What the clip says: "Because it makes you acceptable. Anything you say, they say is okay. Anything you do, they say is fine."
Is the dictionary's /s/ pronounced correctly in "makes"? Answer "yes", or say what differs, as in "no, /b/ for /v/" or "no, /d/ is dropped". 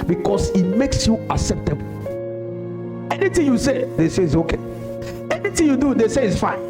yes